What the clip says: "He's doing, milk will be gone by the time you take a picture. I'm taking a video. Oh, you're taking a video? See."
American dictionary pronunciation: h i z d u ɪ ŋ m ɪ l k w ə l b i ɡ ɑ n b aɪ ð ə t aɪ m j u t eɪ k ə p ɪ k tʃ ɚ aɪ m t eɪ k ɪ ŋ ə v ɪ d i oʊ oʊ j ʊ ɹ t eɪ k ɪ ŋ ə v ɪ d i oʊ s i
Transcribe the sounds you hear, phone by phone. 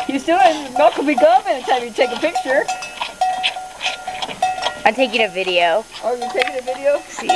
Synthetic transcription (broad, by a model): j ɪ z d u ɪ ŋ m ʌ k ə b i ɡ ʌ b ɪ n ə t aɪ m j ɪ t eɪ k ə p ɪ k tʃ ɚ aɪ t eɪ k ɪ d ə v ɪ d i oʊ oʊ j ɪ t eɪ k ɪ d ə v ɪ d i oʊ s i